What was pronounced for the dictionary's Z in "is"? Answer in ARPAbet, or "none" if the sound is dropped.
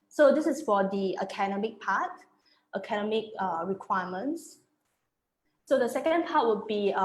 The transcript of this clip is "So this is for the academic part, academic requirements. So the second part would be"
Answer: S